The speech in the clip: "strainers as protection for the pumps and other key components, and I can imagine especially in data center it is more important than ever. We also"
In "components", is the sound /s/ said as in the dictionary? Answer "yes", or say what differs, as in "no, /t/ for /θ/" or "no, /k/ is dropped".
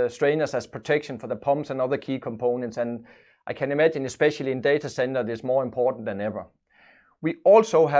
yes